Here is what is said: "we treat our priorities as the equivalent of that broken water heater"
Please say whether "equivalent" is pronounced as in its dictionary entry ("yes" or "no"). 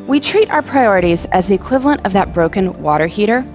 yes